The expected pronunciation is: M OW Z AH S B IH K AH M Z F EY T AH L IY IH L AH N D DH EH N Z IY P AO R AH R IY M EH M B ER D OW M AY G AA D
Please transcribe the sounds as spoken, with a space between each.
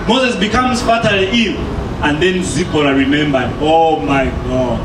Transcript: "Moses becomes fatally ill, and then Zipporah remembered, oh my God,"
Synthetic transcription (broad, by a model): M OW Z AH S B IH K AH M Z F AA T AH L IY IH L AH N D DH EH N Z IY B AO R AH R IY M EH M B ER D OW M AY G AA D